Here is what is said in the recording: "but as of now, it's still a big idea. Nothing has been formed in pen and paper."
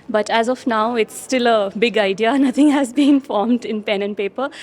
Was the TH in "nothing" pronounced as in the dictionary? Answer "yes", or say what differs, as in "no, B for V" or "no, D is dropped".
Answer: no, T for TH